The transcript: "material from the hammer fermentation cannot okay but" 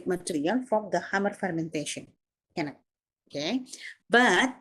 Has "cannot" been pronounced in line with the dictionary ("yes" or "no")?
no